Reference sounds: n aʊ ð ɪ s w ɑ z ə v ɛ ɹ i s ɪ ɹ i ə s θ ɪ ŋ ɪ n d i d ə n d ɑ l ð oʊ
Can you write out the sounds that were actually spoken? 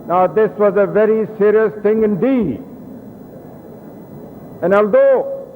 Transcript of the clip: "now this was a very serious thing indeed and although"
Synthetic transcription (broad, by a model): n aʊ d ɪ s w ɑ z ə v ɛ ɹ i s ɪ ɹ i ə s t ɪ ŋ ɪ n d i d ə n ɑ l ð oʊ